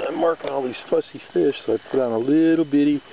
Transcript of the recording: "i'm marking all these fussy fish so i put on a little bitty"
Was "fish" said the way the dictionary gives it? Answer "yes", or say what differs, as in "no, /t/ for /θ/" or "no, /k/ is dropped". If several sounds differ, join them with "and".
yes